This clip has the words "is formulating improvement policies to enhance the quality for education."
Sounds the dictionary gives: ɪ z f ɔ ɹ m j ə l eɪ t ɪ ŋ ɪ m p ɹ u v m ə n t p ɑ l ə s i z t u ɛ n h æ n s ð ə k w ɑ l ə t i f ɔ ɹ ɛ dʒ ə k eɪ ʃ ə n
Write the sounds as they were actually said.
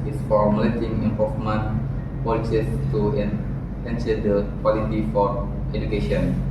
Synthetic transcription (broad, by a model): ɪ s f ɔ ɹ m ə l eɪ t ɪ ŋ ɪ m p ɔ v m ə n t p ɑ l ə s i s t u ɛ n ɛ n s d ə k w ɑ l ə t i f ɔ ɹ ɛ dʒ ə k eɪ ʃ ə n